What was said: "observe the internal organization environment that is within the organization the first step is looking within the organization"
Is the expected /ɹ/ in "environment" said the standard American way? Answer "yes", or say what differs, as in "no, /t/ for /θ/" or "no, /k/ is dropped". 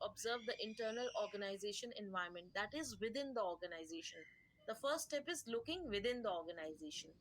no, /ɹ/ is dropped